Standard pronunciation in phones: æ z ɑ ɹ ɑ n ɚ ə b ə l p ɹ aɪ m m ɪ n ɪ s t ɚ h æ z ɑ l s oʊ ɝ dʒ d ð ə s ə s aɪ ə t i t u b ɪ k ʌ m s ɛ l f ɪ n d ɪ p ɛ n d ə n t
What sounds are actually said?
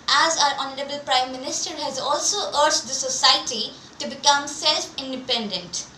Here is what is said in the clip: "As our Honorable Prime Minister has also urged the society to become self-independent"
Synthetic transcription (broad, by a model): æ z ɑ ɹ ɑ n ɚ ə b ə l p ɹ aɪ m m ɪ n ɪ s t ɚ h æ z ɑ l s oʊ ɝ dʒ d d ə s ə s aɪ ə t i t u b ɪ k ʌ m s ɛ l f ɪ n d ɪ p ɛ n d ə n t